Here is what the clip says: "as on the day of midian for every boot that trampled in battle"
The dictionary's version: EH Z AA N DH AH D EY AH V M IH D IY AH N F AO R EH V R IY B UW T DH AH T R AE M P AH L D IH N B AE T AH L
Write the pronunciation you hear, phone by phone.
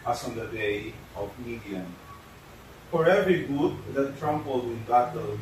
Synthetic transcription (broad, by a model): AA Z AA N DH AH D EY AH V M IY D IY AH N F AO R EH V R IY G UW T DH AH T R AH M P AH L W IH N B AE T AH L